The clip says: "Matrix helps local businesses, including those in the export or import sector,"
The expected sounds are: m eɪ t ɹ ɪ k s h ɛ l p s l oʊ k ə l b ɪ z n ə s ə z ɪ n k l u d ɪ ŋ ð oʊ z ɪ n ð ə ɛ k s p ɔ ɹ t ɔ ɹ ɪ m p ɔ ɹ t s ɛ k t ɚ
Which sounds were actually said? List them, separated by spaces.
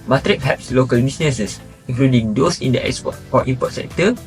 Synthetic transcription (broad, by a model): m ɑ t ɹ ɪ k h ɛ p s l oʊ k ə l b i s n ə s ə s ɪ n k l u d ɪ ŋ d oʊ s ɪ n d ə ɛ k s p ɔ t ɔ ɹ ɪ m p ɔ t s ɛ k t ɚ